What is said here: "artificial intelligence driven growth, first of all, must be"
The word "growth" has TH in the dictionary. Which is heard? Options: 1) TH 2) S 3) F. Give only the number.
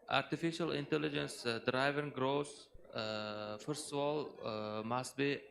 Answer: 2